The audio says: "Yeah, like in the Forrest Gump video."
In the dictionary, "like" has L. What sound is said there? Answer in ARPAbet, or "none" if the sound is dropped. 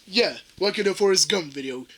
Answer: W